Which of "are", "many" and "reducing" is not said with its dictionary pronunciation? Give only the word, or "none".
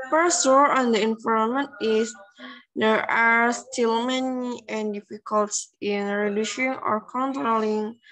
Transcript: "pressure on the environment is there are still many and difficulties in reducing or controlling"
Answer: reducing